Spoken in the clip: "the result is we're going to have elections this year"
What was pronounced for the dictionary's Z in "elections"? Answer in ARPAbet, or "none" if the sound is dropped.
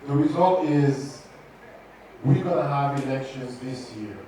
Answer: Z